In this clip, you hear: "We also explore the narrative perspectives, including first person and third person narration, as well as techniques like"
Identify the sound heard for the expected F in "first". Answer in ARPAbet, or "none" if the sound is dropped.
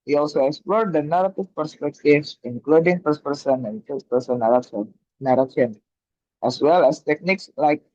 P